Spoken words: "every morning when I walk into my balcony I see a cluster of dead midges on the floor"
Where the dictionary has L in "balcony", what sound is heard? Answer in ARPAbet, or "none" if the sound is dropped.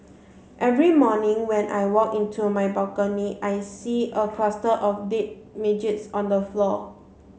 none